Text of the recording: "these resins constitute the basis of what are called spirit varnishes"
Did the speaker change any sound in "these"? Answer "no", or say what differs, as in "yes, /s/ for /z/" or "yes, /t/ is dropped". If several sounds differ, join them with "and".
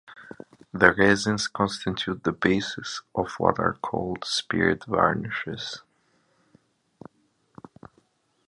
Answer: yes, /z/ is dropped